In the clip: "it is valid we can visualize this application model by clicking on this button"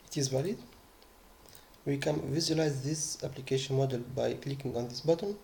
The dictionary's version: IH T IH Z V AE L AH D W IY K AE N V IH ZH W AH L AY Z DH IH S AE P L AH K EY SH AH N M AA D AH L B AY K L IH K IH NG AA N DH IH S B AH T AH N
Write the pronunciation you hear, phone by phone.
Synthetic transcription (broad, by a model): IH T IH Z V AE L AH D W IY K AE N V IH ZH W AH L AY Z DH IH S AE P L AH K EY SH AH N M AA D AH L B AY K L IH K IH NG AA N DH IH S B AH T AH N